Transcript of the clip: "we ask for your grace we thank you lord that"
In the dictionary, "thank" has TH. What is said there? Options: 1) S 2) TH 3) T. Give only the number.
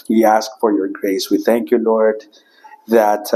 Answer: 2